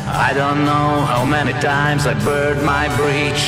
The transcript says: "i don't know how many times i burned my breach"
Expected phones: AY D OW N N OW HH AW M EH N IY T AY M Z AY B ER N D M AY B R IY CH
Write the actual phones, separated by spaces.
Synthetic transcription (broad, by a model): AY D OW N N OW HH AW M EH N IY T AY M Z AY B ER D M AY B R IY CH